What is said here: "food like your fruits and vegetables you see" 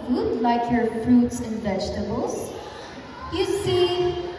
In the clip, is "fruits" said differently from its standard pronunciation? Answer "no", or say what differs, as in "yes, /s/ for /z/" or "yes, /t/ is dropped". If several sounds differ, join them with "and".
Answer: no